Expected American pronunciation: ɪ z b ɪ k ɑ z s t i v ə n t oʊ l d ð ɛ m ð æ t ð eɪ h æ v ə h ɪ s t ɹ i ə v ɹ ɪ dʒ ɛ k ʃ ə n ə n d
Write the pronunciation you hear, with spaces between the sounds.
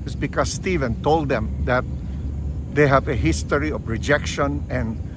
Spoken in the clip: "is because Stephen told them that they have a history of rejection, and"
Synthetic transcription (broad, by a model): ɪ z b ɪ k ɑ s s t i v ə n t oʊ l d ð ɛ m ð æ t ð eɪ h æ v ə h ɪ s t ɹ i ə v ɹ ɪ dʒ ɛ k ʃ ə n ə n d